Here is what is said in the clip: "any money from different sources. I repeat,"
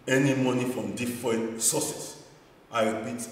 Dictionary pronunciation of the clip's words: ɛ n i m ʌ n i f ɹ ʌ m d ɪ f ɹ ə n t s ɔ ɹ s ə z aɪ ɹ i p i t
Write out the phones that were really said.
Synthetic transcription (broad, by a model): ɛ n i m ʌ n i f ɹ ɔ m d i f ɹ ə n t s ɔ s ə s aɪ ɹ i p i t